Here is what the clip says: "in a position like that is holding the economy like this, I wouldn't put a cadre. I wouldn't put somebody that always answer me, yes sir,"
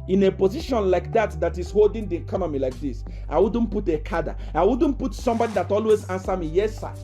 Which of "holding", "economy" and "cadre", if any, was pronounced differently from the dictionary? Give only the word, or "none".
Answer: cadre